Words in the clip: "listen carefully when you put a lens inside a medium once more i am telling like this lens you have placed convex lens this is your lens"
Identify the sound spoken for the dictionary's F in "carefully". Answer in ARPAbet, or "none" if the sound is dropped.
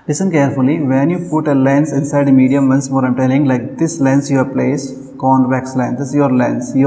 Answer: F